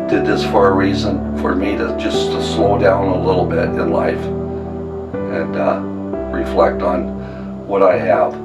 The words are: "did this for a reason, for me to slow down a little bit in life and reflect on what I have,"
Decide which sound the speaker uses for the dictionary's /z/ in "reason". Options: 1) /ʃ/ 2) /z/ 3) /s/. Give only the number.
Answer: 2